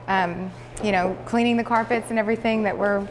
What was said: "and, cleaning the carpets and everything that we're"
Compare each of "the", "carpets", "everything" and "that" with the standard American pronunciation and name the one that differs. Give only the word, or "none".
none